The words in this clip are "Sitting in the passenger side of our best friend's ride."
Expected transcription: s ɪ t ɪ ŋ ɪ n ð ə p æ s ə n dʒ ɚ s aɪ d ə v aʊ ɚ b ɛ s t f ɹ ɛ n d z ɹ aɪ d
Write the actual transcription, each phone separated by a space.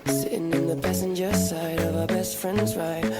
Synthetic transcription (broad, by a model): s ɪ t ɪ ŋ ɪ n ð ə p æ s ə n dʒ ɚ s aɪ d ə v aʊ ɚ b ɛ s t f ɹ ɛ n d z ɹ aɪ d